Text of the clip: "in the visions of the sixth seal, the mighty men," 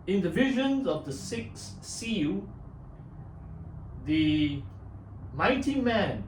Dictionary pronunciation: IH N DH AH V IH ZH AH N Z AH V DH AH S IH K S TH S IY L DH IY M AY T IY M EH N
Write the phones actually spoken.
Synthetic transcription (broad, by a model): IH N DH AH V IH ZH AH N Z AH V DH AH S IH K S S IY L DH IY M AY T IY M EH N